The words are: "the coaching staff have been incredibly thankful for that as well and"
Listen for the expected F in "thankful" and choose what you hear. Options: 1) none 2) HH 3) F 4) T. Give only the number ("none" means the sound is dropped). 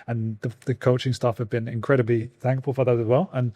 3